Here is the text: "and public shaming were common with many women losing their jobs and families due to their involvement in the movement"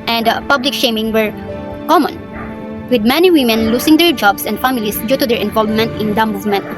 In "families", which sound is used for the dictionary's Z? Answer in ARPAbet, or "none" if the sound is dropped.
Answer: S